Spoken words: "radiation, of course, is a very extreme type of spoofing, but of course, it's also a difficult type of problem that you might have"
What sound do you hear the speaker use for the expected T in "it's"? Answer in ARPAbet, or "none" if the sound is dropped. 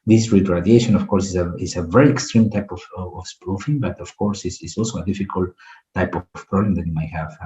S